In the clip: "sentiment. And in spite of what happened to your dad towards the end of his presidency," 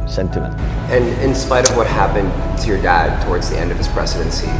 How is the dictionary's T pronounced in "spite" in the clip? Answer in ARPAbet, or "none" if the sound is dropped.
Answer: T